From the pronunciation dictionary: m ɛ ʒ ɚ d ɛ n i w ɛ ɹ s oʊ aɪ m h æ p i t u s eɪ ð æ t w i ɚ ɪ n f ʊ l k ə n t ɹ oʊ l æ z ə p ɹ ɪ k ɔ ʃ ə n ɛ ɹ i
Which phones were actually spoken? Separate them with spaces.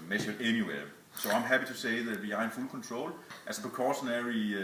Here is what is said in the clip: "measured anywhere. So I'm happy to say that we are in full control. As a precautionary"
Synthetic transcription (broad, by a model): m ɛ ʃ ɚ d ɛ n i w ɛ s oʊ aɪ m h æ p i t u s eɪ ð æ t w i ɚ ɪ n f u l k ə n s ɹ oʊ l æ s ə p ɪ k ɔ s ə n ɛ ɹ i